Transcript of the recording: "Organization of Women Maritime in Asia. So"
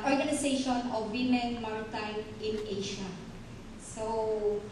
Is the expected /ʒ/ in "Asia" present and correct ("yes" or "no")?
no